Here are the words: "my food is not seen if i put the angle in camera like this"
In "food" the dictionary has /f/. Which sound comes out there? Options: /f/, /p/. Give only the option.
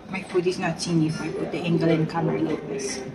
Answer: /p/